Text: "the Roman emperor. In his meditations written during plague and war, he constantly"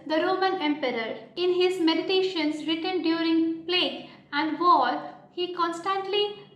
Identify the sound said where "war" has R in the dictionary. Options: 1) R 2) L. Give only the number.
2